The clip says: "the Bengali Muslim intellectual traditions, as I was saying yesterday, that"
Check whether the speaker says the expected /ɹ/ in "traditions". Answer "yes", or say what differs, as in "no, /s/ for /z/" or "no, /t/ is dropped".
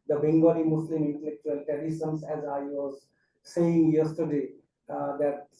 no, /ɹ/ is dropped